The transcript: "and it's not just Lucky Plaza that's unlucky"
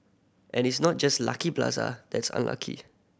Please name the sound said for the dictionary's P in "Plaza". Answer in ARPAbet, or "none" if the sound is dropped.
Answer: B